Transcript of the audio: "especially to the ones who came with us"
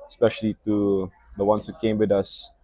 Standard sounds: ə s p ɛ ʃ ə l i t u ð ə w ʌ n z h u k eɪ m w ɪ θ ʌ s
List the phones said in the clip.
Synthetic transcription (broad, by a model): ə s p ɛ ʃ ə l i t u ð ə w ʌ n s h u k eɪ m w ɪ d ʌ s